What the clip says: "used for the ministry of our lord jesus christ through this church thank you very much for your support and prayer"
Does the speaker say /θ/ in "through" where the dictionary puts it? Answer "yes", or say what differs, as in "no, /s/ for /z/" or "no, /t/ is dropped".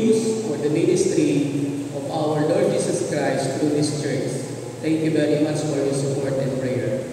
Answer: no, /t/ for /θ/